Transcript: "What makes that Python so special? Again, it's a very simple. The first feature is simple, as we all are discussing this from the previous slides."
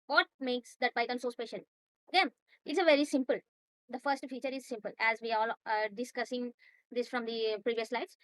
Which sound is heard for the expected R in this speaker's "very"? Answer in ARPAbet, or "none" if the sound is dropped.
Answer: R